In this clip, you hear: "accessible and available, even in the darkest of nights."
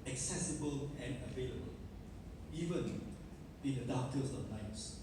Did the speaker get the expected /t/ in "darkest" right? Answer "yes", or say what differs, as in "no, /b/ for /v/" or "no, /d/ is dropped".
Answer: no, /t/ is dropped